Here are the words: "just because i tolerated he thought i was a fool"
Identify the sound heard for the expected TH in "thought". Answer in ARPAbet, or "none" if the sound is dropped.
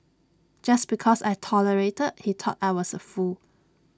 T